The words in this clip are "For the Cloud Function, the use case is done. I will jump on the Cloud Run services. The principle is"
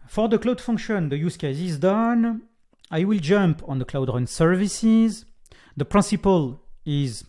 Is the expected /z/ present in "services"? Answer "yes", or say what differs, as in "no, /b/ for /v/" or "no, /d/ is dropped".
yes